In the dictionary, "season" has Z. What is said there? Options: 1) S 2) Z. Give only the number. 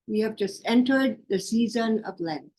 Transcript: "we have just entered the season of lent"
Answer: 2